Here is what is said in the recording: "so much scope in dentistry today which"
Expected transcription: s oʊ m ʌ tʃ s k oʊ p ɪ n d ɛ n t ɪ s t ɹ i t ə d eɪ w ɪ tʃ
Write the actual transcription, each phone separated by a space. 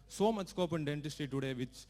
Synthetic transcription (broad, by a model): s oʊ m ʌ tʃ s k oʊ p ɪ n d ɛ n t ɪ s t i t ə d eɪ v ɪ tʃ